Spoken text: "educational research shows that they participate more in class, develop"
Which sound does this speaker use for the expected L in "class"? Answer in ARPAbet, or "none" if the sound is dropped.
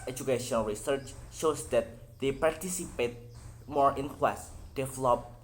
W